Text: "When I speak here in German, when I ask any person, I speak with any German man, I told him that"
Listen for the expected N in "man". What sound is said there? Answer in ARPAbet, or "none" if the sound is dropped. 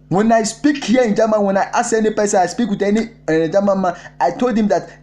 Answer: none